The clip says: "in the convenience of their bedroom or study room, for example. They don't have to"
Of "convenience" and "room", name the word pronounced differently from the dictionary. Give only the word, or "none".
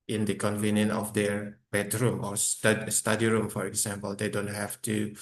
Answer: convenience